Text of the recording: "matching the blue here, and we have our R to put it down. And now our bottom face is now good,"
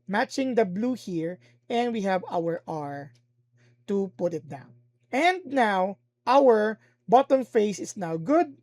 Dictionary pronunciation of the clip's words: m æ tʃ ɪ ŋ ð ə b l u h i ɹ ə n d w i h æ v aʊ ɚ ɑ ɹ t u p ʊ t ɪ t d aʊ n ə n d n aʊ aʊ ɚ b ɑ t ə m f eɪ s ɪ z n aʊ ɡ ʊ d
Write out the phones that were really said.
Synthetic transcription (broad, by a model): m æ tʃ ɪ ŋ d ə b l u h i ɹ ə n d w i h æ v aʊ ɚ ɑ ɹ t u p ʊ t ɪ t d aʊ n ə n d n aʊ aʊ ɚ b ɑ t ə m f eɪ s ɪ s n aʊ ɡ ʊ d